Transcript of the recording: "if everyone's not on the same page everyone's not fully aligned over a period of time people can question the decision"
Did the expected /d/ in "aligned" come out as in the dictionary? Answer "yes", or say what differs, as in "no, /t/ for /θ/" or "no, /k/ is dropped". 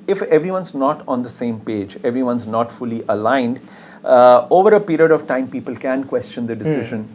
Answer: yes